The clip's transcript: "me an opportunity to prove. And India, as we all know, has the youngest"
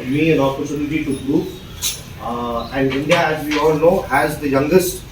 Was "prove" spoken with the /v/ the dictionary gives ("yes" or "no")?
no